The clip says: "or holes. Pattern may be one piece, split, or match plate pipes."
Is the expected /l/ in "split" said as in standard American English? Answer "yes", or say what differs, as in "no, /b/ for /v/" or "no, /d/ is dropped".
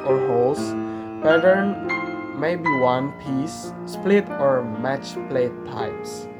yes